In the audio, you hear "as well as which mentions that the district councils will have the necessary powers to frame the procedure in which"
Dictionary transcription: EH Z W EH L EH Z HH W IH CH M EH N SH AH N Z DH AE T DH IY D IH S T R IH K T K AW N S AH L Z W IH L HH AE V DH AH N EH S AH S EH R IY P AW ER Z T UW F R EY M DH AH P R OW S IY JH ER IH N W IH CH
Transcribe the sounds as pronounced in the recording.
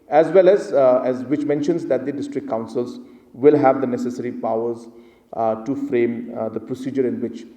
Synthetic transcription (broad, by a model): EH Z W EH L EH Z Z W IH CH M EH N SH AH N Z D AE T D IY D IH S T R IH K K AW N S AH L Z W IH L HH AE V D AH N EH S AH S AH R IY P AW ER Z T UW F R EY M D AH P R OW S IY JH ER IH N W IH CH